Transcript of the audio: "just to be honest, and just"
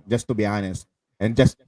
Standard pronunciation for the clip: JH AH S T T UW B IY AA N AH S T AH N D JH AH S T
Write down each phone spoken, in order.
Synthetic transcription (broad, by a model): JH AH S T T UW B IY AA N AH S T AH N JH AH S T